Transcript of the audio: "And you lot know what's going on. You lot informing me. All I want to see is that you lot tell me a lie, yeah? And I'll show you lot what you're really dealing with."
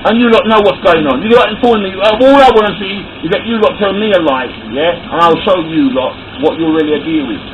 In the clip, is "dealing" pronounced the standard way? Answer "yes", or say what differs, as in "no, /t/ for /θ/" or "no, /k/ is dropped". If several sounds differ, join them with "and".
no, /l/ is dropped